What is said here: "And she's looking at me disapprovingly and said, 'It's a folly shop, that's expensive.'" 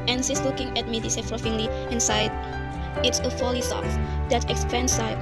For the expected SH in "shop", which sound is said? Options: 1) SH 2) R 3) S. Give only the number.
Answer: 3